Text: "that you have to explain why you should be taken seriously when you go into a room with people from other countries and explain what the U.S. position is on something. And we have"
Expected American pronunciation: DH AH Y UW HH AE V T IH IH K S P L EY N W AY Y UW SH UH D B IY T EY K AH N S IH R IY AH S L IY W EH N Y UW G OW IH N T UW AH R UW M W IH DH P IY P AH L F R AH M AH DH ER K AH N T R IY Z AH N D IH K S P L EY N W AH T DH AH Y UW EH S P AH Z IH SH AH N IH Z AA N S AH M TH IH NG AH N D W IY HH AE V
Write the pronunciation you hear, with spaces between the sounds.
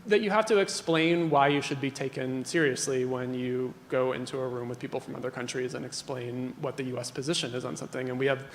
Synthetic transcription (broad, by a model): DH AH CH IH HH AE F T IH IH K S P L EY N W AY Y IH SH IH D B IY T EY K AH N S IH R IY AH S L IY W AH N Y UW G OW IH N T UW AH R UW M W IH DH P IY P L F R AH M AH DH ER K AH N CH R IY Z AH N IH K S P L EY N W AH T DH AH Y UW EH S P AH Z IH SH AH N IH Z N S AH M TH IH NG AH N W IY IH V